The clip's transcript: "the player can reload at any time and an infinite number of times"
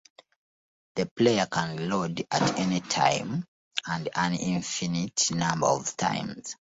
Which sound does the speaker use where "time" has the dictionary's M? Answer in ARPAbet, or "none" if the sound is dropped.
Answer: M